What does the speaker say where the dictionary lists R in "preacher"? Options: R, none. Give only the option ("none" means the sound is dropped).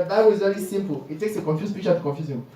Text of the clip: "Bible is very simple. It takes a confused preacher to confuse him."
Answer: none